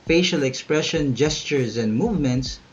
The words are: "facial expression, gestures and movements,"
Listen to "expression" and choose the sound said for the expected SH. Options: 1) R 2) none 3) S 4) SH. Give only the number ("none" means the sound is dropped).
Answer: 4